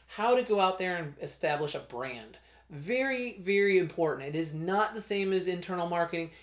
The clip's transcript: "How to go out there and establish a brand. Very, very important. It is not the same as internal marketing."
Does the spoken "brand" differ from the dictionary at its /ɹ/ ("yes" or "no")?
no